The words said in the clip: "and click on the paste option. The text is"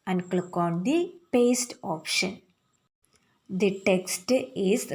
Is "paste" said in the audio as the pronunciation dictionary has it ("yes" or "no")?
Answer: yes